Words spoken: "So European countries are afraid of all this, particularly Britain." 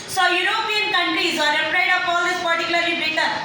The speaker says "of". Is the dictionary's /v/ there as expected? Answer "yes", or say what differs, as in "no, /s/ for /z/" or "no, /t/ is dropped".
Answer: no, /p/ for /v/